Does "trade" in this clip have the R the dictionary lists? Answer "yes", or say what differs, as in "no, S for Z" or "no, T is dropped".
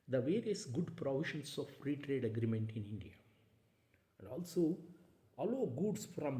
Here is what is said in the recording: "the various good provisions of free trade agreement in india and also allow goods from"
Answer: yes